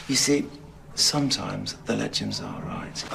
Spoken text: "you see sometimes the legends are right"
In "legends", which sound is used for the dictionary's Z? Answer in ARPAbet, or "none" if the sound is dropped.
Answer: Z